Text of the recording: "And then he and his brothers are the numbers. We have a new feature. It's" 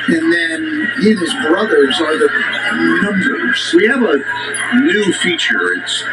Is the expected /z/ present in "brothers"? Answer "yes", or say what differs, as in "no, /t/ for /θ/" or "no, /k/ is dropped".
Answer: yes